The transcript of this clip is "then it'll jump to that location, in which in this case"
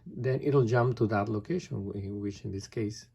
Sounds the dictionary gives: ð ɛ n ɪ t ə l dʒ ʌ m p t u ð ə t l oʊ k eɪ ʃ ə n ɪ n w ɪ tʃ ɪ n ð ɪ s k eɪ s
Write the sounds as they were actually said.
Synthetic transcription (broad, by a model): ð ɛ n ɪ t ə l dʒ ʌ m p t u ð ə t l oʊ k eɪ ə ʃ ɪ n w ɪ tʃ ɪ n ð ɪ s k eɪ s